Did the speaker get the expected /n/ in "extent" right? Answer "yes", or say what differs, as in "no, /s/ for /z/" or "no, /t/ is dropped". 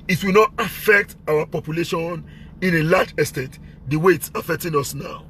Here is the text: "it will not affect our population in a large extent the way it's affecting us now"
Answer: no, /n/ is dropped